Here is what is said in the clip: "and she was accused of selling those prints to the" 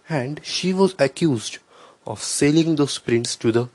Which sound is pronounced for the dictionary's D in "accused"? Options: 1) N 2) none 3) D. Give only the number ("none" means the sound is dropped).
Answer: 3